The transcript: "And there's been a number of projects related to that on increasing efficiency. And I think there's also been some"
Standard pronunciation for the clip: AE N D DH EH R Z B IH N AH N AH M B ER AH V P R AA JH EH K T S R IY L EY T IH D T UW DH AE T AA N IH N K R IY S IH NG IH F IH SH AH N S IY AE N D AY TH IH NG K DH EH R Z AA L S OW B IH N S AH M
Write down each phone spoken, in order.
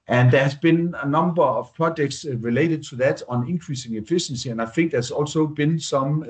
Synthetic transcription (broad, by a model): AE N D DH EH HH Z B IH N N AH M B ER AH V P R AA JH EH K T S R IY L EY T IH D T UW DH AE T N IH N K R IY S IH NG IH F IH SH AH N S IY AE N AY F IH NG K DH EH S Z AA L S OW B IH N S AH M